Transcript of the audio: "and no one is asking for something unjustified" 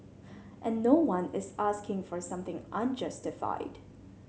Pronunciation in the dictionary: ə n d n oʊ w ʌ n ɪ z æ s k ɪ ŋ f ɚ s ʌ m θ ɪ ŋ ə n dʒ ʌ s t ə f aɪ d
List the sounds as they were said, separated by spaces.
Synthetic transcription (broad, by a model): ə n n oʊ w ʌ n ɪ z æ s k ɪ ŋ f ɚ s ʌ m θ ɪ ŋ ə n dʒ ʌ s t ə f aɪ d